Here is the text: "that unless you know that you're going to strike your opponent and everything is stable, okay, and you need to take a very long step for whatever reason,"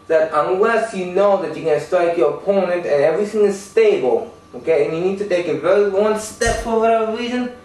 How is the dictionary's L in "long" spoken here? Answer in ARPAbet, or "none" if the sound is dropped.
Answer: W